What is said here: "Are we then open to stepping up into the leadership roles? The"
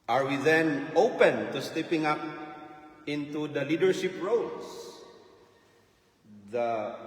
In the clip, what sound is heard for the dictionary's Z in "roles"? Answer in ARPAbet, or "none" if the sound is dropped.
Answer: S